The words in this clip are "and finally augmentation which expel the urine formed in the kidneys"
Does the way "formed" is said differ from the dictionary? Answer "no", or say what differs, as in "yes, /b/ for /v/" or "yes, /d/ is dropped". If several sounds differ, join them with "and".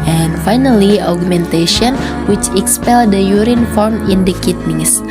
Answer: yes, /d/ is dropped